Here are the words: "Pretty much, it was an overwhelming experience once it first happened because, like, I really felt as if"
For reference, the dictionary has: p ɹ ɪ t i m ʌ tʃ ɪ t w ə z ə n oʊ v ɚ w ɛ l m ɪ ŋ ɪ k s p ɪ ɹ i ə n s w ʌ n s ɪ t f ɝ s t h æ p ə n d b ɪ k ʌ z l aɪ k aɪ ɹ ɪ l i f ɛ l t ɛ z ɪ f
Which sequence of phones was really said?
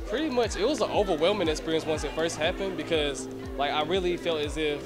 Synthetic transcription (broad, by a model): p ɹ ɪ t i m ʌ tʃ ɪ t w ə z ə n oʊ v ɚ w ɛ l m ɪ ŋ ɪ k s p ɪ ɹ i ə n s w ʌ n s ɪ t f ɝ s t h æ p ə n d b ɪ k ʌ z l aɪ k aɪ ɹ ɪ l i f ɛ l t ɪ z ɪ f